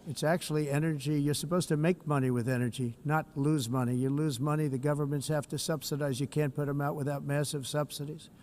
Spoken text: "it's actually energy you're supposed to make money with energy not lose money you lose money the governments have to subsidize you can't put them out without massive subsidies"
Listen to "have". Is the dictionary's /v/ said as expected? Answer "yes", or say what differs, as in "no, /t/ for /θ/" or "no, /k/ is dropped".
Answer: no, /f/ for /v/